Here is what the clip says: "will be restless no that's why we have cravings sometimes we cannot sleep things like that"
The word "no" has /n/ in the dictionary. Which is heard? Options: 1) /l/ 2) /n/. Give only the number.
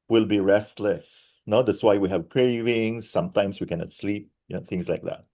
2